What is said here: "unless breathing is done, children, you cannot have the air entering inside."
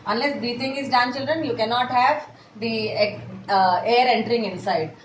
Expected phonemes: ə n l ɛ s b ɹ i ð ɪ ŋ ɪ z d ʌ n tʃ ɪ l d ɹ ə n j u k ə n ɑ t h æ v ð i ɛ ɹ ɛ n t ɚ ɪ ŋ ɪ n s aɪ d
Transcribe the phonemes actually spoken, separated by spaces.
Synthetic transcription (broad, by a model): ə n l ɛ s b i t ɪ ŋ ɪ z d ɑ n tʃ ɪ l d ɹ ə n j u k ə n ɑ t h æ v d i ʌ ɹ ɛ n t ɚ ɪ ŋ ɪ n s aɪ d